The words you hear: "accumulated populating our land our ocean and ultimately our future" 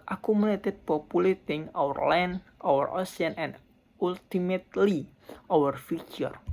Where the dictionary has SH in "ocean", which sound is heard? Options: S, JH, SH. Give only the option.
S